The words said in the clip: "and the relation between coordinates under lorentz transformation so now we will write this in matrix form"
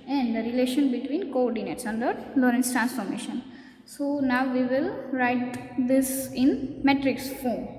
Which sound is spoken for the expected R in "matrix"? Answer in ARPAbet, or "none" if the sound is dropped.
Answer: R